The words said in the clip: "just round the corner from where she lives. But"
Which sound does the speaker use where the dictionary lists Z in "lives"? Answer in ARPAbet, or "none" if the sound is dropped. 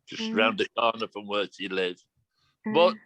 none